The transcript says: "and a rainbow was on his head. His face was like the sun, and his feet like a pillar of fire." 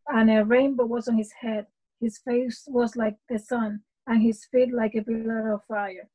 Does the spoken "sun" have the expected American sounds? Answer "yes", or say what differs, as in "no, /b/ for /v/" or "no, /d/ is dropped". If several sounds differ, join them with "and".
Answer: yes